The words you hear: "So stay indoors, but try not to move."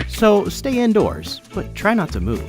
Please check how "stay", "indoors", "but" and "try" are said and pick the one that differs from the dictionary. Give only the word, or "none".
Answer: none